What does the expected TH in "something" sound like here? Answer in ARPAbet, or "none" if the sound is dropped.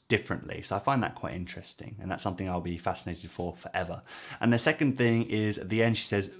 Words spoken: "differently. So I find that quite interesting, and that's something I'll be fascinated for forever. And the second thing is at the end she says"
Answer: TH